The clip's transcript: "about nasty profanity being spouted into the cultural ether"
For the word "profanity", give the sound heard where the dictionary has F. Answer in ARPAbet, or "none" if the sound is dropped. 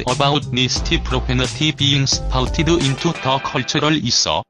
P